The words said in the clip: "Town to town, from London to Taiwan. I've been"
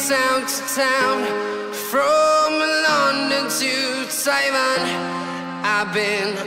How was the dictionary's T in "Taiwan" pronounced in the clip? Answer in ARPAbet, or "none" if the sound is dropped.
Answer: S